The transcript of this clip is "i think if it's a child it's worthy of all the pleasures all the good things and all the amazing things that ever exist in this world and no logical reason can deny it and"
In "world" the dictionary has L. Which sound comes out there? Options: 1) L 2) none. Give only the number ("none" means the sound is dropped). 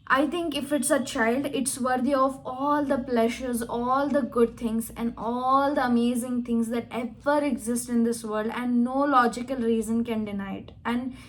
2